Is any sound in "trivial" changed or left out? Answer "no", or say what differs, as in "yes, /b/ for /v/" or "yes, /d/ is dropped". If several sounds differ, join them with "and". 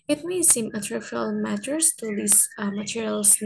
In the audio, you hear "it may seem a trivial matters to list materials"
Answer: yes, /f/ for /v/